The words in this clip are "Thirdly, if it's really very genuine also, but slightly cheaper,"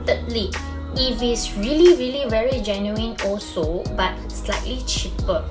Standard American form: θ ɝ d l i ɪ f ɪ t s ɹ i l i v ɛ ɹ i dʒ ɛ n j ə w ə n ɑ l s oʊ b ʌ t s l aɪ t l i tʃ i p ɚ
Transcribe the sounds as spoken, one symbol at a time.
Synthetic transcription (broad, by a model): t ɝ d l i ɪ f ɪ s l ɹ i l i v ɛ ɹ i dʒ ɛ n j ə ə n ɑ l s oʊ b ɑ t s l aɪ t l i tʃ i p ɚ